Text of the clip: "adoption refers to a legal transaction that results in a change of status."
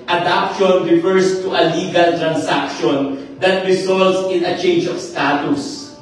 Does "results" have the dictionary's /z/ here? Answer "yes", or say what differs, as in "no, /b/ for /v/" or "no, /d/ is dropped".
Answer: no, /s/ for /z/